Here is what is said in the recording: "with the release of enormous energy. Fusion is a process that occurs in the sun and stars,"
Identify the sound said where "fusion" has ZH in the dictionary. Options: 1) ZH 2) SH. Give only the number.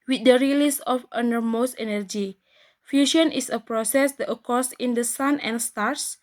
2